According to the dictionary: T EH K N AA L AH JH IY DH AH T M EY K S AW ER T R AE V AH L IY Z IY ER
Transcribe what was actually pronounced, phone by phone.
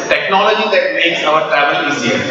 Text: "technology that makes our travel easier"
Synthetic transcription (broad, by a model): T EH K N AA L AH JH IY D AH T M EY K S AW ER T R AE V AH L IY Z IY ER